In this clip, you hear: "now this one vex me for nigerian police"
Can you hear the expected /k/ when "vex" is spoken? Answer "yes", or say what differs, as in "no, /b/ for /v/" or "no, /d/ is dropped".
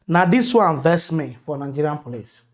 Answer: no, /k/ is dropped